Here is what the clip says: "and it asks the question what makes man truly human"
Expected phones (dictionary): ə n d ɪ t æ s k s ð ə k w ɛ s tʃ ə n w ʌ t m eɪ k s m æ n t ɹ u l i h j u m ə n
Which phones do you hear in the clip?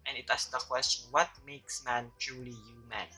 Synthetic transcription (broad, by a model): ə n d ɪ t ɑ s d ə k w ɛ s tʃ ə n w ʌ t m eɪ k s m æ n t ɹ u l i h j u m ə n